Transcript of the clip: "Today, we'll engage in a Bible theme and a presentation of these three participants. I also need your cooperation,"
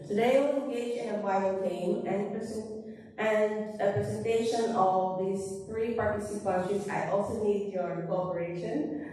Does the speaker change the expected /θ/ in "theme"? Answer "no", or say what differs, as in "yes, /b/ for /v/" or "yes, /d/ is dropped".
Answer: yes, /t/ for /θ/